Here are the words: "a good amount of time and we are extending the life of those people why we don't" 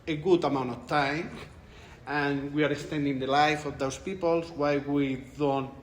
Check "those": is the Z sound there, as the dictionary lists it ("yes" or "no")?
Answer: no